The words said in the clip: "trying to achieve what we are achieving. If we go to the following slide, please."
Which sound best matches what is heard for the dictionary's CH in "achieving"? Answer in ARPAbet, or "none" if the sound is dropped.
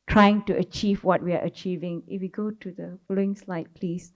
CH